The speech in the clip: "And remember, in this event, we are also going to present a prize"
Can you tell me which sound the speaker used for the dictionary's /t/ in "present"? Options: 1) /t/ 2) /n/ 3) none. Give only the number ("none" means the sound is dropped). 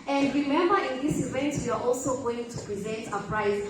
1